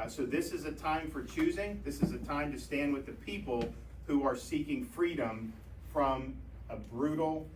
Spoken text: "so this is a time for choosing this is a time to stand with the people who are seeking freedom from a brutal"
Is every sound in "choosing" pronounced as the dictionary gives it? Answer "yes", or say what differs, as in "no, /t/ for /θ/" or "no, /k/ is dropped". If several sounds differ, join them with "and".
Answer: yes